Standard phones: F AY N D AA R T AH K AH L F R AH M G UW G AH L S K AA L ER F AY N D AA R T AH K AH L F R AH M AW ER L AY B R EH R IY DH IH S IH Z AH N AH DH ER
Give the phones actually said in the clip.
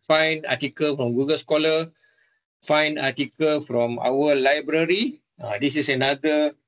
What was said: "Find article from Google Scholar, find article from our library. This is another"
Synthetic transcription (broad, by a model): F AY N AA T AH K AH L F R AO M G UW G AH L S K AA L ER F AY N AA T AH K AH L F R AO M AW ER L AY B R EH R IY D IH S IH S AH N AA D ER